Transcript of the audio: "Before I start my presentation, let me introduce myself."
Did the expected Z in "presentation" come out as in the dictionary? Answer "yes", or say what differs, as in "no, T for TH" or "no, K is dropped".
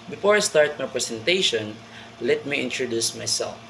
no, S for Z